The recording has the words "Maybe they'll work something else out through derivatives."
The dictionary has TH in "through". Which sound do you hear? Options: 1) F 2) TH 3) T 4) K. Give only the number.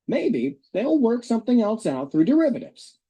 2